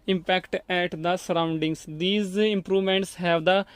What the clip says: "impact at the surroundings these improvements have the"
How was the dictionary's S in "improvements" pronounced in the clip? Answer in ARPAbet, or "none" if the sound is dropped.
S